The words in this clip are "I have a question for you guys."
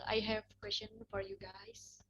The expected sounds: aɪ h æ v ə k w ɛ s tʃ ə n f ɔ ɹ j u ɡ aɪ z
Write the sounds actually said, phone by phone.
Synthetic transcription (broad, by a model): aɪ h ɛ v k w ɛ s ʃ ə n f ɔ ɹ j u ɡ aɪ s